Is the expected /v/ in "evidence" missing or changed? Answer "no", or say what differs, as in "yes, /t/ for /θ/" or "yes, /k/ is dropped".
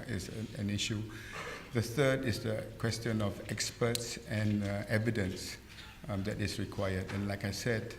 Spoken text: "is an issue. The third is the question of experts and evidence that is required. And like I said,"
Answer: no